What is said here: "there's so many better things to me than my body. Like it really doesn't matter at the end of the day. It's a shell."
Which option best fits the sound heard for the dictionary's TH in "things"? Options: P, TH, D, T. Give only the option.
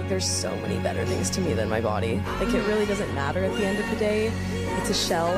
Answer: TH